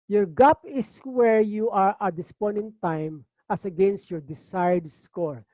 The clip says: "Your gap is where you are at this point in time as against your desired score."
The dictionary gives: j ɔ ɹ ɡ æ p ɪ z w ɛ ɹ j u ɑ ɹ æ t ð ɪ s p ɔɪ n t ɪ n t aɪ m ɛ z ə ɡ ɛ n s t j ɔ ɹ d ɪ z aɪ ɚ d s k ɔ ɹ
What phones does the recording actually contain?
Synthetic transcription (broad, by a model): j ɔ ɹ ɡ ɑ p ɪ s w ɛ ɹ j u ɑ ɹ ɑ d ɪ s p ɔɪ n ɪ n t aɪ m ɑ s ə ɡ ɛ n s t j ɔ ɹ d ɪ s aɪ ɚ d s k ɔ ɹ